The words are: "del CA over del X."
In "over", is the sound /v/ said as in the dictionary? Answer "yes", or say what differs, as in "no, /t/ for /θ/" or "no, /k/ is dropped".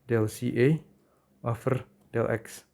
no, /f/ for /v/